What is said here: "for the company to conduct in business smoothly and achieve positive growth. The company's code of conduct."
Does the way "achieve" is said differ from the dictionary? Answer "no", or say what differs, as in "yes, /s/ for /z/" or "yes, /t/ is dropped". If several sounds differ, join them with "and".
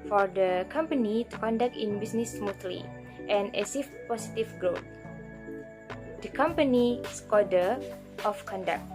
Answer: yes, /s/ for /tʃ/